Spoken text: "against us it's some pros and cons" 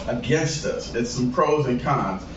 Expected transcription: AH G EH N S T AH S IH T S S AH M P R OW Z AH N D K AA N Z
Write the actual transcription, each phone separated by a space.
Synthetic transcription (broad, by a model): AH G EH N S T AH S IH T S S AH M P R OW Z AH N K AA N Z